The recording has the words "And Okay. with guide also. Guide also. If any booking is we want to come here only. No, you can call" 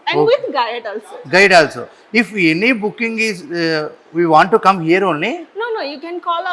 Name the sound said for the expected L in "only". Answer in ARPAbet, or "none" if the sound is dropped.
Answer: N